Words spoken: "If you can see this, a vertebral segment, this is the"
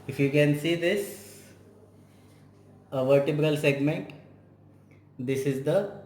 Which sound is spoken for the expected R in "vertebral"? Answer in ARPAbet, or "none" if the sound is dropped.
R